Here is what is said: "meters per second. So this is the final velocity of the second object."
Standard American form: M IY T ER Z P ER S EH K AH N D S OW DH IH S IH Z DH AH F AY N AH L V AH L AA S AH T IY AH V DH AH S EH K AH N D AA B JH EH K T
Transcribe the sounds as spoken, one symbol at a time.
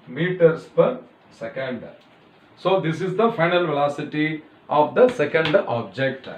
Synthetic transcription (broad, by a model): M IY T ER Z P ER S EH K AH N D S OW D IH S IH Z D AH F AY N AH L V AH L AA S AH T IY AH V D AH S EH K AH N D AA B JH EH K T